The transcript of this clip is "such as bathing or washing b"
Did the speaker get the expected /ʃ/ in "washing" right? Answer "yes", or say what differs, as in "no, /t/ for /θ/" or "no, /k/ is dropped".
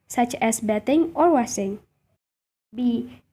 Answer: no, /s/ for /ʃ/